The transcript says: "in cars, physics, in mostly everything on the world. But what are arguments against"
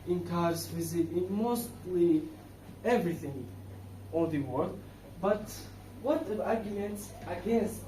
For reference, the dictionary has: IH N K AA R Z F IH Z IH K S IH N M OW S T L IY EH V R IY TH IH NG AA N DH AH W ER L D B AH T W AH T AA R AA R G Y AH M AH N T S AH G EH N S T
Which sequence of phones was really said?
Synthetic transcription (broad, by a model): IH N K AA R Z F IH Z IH IH N M OW S T L IY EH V R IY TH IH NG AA L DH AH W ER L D B AH T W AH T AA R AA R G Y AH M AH N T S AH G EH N S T